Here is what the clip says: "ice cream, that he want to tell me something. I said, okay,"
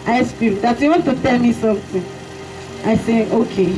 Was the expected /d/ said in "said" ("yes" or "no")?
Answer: no